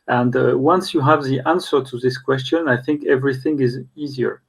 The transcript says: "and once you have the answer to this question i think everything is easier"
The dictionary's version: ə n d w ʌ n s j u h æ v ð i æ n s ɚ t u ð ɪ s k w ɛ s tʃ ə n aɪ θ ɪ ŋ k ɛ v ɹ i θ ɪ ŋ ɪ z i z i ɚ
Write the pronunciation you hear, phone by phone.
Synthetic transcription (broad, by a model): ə n d w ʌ n s j u h æ v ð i æ n s ɚ t u ð ɪ s k w ɛ s tʃ ə n aɪ θ ɪ ŋ k ɛ v ɹ i θ ɪ ŋ ɪ z i z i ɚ